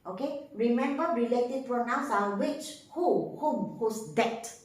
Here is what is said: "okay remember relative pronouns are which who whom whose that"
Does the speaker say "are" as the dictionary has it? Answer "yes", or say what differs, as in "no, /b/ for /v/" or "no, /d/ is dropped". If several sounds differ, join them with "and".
no, /l/ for /ɹ/